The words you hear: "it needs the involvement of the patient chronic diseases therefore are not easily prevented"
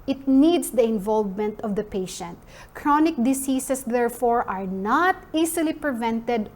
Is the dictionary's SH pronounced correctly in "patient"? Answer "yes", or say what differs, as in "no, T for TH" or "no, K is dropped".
yes